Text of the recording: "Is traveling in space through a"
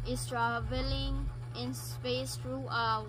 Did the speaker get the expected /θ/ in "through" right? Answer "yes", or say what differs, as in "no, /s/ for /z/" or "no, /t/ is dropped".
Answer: no, /t/ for /θ/